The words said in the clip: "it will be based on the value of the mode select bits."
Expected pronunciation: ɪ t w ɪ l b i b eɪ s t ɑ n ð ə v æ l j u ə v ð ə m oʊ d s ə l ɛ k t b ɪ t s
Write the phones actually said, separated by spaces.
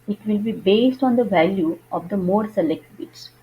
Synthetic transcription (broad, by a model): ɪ t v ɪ l b i b eɪ s t ɑ n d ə v æ l j u ə v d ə m oʊ d s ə l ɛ k t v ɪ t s